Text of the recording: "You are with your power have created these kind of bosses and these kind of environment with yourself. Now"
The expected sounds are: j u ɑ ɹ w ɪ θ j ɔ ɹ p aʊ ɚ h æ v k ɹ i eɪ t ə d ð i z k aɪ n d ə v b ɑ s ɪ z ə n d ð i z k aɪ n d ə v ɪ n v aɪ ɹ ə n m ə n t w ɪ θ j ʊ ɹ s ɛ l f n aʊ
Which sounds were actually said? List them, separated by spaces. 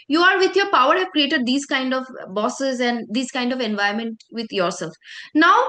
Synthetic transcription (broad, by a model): j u ɑ ɹ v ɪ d j ɔ ɹ p aʊ ɚ h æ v k ɹ i eɪ t ə d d i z k aɪ n d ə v b ɑ s ɪ z ə n d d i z k aɪ n d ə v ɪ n v aɪ ə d m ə n t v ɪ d j ʊ ɹ s ɛ l f n aʊ